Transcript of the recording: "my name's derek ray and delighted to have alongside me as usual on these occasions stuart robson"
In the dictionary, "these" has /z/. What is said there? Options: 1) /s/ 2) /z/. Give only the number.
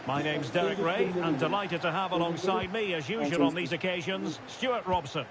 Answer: 2